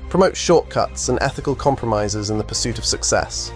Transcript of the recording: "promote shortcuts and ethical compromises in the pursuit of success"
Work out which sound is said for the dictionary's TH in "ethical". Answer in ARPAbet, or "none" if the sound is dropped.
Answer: TH